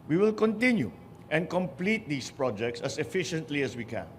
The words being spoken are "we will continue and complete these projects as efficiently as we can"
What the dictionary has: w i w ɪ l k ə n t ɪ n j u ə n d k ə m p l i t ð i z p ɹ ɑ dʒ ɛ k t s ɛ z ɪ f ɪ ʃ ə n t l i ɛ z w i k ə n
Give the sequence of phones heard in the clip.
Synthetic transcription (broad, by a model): w i w ɪ l k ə n t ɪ n j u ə n k ə m p l i t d i s p ɹ ɑ dʒ ɛ k t s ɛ s ɪ f ɪ ʃ ə n t l i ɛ s w i k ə n